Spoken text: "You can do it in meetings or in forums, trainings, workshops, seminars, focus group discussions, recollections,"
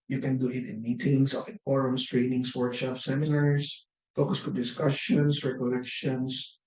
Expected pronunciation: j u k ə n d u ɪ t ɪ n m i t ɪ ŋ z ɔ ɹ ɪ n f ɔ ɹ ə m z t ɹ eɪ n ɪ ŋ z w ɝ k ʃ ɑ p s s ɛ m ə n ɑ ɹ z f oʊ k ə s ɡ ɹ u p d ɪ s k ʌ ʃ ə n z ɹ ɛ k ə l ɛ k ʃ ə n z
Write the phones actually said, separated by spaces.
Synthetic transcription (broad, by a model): j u k ə n d u ɪ t ɪ n m i t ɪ ŋ s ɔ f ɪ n f ɔ ɹ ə m s t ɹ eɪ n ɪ ŋ s w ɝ k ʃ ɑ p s s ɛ m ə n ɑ ɹ s f oʊ k ə s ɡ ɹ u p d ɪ s k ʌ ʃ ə n s ɹ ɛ k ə l ɛ k ʃ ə n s